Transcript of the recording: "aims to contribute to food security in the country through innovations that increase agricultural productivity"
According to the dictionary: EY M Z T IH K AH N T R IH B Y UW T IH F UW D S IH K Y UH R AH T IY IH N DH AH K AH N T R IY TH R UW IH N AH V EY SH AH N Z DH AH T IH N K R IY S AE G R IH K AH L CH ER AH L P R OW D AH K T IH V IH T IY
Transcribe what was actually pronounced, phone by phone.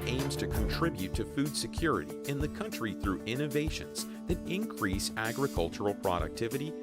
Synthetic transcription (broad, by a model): EY M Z T IH K AH N T R IH B Y UW T IH F UW D S IH K Y UH R AH T IY IH N DH AH K AH N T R IY TH R UW IH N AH V EY SH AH N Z DH AH T IH N K R IY S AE G R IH K AH L CH ER L P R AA D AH K T IH V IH T IY